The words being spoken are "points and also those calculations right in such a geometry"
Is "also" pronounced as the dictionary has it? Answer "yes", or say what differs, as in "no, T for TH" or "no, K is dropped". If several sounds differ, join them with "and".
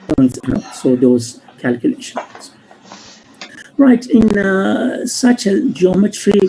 no, L is dropped